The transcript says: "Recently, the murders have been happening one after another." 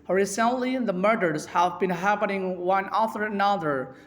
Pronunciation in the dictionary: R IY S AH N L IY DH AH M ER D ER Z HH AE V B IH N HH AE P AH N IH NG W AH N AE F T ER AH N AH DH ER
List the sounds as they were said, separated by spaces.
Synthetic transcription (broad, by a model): R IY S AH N L IY DH AH M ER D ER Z HH AE V B IH N HH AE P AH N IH NG W AH N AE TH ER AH N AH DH ER